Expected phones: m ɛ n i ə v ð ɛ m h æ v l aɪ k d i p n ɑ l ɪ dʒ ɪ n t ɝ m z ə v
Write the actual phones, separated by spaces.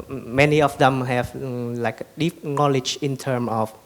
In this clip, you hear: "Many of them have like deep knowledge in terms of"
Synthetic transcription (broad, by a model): m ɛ n i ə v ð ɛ m h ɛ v l aɪ k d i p n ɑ l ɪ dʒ ɪ n t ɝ m ə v